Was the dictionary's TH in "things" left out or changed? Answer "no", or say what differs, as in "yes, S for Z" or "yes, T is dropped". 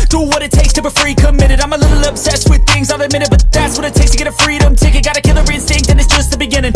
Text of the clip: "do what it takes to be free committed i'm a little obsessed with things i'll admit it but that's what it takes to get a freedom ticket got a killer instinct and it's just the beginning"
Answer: no